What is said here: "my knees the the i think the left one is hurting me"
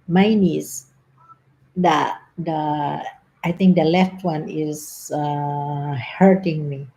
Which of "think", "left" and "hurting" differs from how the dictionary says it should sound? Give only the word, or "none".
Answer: think